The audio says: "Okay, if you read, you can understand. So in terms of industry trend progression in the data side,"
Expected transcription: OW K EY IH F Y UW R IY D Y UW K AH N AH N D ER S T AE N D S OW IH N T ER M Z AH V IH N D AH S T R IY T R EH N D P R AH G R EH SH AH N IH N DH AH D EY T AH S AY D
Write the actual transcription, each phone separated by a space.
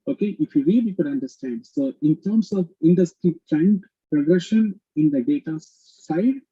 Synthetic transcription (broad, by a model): OW K EY IH F Y UW R IY D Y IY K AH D AH N D ER S T AE N D S OW IH N T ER M S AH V IH N D AH S T R IY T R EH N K P R AH G R EH SH AH N IH N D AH D EY T AH S AY D